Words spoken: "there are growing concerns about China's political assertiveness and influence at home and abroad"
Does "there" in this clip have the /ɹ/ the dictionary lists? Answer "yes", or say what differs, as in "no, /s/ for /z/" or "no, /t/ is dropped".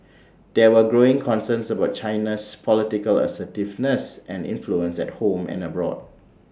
no, /w/ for /ɹ/